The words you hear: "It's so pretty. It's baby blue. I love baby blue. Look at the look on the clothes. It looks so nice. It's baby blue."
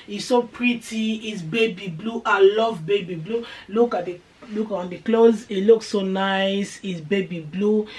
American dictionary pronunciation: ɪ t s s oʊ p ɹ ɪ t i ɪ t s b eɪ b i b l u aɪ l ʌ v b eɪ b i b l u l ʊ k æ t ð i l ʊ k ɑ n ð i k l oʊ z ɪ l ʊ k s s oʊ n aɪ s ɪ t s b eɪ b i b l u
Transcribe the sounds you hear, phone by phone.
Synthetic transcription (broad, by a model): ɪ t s s oʊ p ɹ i t i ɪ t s b eɪ b i b l u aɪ l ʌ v b eɪ b i b l u l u k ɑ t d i l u k ɑ n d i k l oʊ z ɪ l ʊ k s s oʊ n aɪ s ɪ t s b eɪ b i b l u